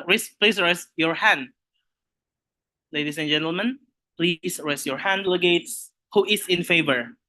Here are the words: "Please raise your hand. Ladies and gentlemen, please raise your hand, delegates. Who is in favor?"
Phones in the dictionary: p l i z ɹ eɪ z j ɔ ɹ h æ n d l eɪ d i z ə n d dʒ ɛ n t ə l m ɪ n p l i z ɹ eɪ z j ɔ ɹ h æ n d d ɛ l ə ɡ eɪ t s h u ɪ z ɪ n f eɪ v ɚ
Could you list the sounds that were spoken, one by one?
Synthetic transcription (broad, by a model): p l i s ɹ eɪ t j ɔ ɹ h æ n d l eɪ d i s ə n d dʒ ɛ n t ə l m ɪ n p l i s ɹ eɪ s j ɔ ɹ h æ n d d l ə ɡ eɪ t s h u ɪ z ɪ n f eɪ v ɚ